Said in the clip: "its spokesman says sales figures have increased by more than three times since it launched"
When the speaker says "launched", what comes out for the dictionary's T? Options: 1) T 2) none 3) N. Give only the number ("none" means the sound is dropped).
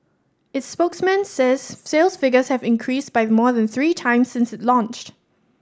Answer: 1